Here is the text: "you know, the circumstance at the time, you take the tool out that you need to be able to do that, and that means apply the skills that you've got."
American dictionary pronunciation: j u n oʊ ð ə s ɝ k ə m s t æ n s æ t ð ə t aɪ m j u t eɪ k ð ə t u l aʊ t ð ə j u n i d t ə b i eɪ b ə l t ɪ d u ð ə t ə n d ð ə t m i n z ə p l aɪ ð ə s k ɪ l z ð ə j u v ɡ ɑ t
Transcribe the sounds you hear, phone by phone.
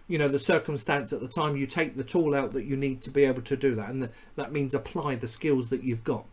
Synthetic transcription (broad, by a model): j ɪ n oʊ ð ə s ɝ k ə m s t æ n s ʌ t ð ə t aɪ m j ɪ t eɪ k ð ə t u l aʊ t ð ə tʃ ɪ n i d t ə b i eɪ b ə l t ɪ d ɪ ð ə t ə n ð ə t m i n z ə p l aɪ ð ə s k ɪ l z ð ə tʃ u v ɡ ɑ t